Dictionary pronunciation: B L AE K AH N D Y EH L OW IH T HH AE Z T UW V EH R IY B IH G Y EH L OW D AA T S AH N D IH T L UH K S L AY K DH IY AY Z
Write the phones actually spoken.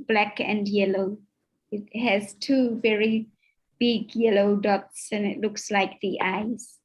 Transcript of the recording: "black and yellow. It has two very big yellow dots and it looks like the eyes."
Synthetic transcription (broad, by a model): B L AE K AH N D Y EH L OW IH T HH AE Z T UW V EH R IY B IH G Y EH L OW D AA T S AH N IH T L UH K S L AY K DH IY AY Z